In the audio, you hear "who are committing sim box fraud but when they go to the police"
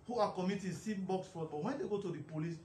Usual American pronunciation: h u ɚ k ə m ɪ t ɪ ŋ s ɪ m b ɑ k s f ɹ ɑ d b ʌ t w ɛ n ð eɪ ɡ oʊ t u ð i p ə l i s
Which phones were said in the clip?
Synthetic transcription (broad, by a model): h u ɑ k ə m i t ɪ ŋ s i b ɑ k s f ɑ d b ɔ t w ɛ n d eɪ ɡ oʊ t u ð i p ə l i s